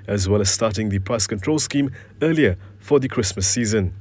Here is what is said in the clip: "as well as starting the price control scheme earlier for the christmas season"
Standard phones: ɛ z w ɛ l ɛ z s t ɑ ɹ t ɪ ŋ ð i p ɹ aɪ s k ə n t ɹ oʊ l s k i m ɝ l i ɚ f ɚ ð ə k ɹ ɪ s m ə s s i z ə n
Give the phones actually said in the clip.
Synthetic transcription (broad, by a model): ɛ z w ɛ l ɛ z s t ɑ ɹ t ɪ ŋ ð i p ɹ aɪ s k ə n t ɹ oʊ l s k i m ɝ l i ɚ f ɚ ð ə k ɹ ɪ s m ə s s i z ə n